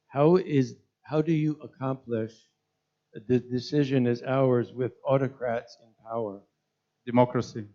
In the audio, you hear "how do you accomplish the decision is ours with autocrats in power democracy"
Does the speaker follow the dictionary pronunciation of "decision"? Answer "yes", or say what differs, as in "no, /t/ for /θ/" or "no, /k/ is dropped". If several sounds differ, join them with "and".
yes